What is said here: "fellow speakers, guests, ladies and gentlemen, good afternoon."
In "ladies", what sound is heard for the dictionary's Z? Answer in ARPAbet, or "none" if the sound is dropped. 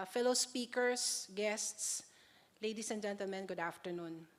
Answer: S